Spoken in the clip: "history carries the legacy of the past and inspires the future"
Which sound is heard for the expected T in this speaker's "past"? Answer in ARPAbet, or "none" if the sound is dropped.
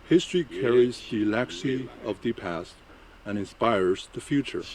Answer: T